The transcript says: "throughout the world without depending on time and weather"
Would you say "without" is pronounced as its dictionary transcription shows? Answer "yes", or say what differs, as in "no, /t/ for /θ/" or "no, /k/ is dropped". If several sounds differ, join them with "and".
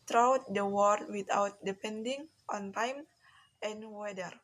no, /t/ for /θ/